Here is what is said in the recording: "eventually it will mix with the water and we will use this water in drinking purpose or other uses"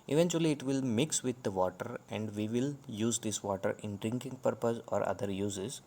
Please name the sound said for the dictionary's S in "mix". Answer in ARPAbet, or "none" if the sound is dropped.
S